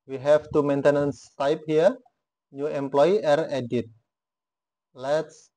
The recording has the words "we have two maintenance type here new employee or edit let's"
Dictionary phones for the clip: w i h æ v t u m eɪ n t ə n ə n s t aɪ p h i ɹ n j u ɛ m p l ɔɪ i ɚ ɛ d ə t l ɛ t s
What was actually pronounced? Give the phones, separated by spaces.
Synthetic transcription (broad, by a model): w i h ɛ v t u m eɪ n t ə n ə n s t aɪ p h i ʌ n j u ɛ m p l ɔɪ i ɚ ɛ d ə t l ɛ t s